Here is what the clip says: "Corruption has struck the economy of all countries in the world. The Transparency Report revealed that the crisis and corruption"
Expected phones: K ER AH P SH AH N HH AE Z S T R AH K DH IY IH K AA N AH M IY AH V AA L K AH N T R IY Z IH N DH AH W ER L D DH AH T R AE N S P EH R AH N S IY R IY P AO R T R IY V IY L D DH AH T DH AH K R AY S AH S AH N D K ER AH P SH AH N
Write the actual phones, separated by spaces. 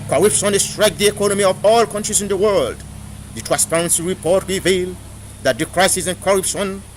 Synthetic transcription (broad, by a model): K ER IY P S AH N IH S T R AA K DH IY IH K AA N AH M IY AH V AA L K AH N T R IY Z IH N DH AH W ER L D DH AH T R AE N S P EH R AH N S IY R IY P AO R T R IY V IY L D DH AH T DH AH K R AY S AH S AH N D K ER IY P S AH N